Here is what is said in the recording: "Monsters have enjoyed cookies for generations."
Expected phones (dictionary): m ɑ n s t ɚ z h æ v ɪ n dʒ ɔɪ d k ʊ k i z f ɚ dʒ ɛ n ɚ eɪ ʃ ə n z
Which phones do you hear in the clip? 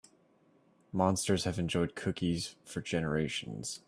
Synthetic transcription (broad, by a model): m ɑ n s t ɚ z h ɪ v ɪ n dʒ ɔɪ d k ʊ k i z f ɚ dʒ ɛ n ɚ eɪ ʃ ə n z